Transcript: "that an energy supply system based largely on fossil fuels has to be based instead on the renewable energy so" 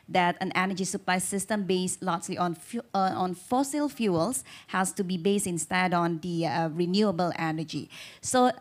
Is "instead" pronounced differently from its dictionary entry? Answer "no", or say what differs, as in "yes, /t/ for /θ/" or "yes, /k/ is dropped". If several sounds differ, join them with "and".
no